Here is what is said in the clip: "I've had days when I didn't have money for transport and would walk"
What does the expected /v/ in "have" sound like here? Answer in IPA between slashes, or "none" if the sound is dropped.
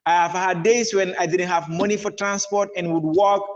/v/